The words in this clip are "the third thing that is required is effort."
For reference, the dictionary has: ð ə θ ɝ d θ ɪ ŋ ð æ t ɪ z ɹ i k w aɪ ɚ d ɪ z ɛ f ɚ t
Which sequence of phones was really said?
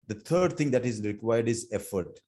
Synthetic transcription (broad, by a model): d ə t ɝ d t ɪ ŋ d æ t ɪ z ɹ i k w aɪ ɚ d ɪ z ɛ f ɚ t